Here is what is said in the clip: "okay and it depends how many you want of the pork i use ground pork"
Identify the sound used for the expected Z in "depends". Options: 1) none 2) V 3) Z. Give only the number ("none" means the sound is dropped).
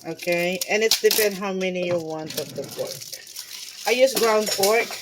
1